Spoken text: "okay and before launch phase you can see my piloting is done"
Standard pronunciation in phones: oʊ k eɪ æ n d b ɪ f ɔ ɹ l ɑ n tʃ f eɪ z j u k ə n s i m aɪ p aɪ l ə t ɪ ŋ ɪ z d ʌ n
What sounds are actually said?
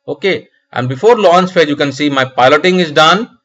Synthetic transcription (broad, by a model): oʊ k eɪ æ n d b ɪ f ɔ ɹ l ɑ n s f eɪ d j u k ə n s i m aɪ p aɪ l ə t ɪ ŋ ɪ z d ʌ n